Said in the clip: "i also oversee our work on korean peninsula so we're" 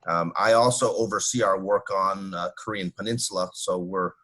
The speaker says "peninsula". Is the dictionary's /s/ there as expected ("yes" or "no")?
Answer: yes